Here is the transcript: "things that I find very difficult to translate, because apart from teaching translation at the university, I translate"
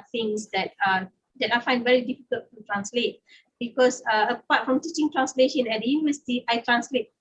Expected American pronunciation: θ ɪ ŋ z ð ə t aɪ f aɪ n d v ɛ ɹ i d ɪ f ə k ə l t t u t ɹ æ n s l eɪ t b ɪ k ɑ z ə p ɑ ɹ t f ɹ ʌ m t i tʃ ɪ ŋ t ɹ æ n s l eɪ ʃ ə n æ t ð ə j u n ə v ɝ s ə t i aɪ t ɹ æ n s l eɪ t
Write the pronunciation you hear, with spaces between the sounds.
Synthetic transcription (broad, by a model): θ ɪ ŋ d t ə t aɪ f aɪ n d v ɛ ɹ i d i f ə k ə l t t u t ɹ æ n s l eɪ t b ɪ k ɑ s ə p ɑ t f ɹ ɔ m t i tʃ ɪ ŋ t ɹ æ n s l eɪ ʃ ə n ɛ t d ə j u n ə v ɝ s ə t i aɪ t ɹ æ n s l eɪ t